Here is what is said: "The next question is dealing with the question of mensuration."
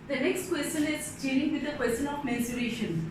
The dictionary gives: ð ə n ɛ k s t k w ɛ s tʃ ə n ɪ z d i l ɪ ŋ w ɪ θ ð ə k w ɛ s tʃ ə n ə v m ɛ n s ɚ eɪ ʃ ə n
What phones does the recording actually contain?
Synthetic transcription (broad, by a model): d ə n ɛ k s t k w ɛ s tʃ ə n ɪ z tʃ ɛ n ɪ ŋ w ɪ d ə k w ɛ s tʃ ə n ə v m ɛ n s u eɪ ʃ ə n